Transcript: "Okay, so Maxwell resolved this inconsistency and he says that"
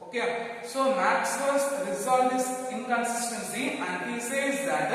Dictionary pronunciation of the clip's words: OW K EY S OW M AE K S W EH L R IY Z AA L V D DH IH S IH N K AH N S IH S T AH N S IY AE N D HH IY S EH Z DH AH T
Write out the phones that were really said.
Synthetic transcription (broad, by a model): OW K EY S OW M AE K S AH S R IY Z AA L D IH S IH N K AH N S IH S T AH N S IY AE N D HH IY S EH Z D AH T